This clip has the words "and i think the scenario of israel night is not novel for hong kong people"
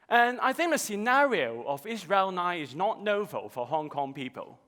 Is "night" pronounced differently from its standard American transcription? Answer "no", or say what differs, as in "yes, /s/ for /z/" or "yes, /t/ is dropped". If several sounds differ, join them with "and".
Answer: yes, /t/ is dropped